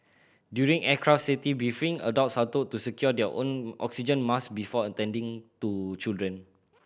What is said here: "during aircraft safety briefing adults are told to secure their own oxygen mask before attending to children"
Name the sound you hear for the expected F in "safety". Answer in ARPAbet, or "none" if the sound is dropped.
none